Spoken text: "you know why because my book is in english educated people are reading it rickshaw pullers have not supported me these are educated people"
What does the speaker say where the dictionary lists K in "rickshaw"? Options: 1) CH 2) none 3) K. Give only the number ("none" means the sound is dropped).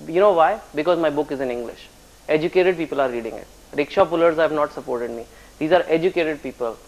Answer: 3